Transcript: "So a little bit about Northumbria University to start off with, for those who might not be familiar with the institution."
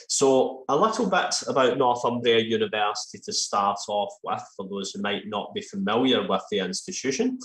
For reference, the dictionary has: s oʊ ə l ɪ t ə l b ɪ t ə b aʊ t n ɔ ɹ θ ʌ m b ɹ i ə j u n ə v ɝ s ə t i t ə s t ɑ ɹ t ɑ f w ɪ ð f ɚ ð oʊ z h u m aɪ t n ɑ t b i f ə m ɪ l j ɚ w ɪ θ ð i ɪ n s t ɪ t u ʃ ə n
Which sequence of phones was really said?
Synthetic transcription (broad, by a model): s oʊ ə l ɪ t ə l b ɪ t ə b aʊ t n ɔ ɹ θ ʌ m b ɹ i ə j u n ə v ɝ s ə t i t ə s t ɑ ɹ t ɑ f w ɪ ð f ɚ ð oʊ z h u m aɪ t n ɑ t b i f ə m ɪ l j ɚ w ɪ ð i ɪ n s t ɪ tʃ u ʃ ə n